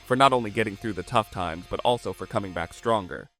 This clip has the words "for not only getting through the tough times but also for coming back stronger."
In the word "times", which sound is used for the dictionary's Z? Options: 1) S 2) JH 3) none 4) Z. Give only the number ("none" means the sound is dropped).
4